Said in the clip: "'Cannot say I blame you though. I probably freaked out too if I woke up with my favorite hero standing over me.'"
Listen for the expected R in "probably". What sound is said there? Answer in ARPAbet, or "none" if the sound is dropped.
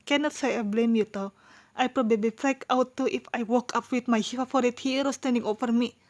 R